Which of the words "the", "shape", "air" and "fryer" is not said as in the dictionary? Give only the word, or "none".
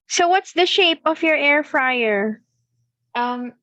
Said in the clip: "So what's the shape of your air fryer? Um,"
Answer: none